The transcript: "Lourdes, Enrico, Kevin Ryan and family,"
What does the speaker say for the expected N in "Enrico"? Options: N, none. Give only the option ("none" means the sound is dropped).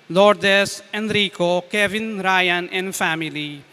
N